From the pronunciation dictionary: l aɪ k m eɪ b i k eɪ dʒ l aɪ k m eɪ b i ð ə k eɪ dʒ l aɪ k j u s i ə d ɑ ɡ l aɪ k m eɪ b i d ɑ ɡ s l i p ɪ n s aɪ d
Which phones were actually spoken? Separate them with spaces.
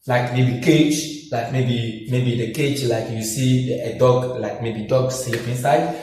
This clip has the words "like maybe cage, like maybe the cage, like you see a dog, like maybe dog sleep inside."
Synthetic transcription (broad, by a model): l aɪ k m eɪ b i k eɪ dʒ l aɪ k m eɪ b i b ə k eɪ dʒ l aɪ k j u s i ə d ɑ ɡ l aɪ k m eɪ b i d ɑ ɡ s i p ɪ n s aɪ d